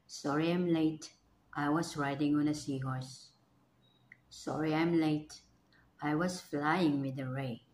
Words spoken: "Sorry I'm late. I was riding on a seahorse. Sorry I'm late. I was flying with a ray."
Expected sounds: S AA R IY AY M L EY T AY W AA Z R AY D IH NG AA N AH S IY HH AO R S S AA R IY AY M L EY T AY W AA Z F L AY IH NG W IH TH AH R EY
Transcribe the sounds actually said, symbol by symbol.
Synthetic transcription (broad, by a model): S AA R IY AY M L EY T AY W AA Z R AY D IH NG AA N AH S IY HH AO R S S AA R IY AY M L EY T AY W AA S F L AY IH NG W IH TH AH R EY